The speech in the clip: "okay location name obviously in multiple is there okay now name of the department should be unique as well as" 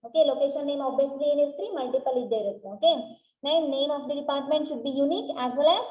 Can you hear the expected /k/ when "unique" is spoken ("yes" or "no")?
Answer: yes